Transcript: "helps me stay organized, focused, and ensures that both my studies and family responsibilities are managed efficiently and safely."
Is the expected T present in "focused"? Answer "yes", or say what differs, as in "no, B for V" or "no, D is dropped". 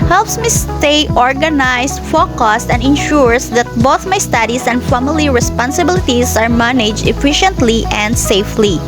yes